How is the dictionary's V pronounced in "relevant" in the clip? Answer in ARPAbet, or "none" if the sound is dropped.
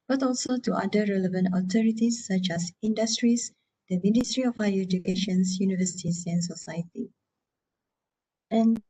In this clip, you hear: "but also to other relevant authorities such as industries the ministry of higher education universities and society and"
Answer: V